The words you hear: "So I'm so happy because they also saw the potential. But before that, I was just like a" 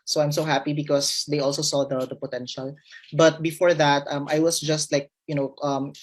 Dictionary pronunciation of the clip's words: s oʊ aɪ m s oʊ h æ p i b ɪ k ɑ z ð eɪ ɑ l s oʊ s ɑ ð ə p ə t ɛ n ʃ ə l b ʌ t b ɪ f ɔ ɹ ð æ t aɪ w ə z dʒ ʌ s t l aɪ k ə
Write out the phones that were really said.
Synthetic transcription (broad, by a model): s oʊ aɪ m s oʊ h æ p i b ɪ k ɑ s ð eɪ ɑ l s oʊ s ɑ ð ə p ə t ɛ n ʃ ə l b ʌ t b ɪ f ɔ ɹ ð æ t aɪ w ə s dʒ ʌ s t l aɪ k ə